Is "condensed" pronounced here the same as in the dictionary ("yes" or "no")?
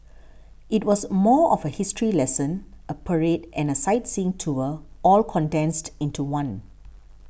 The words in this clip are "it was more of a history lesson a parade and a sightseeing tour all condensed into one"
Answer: yes